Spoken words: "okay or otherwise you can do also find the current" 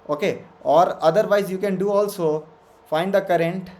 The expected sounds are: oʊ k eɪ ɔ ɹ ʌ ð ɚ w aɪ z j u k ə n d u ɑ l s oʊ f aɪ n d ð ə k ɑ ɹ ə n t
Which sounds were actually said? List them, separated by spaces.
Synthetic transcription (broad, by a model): oʊ k eɪ ɔ ɹ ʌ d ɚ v aɪ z j u k ə n d u ɑ l s oʊ f aɪ n d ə k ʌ ɹ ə n t